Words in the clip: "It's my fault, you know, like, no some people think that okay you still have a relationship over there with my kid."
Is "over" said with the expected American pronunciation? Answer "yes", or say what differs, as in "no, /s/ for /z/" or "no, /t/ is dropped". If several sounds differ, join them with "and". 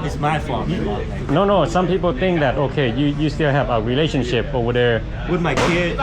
no, /v/ is dropped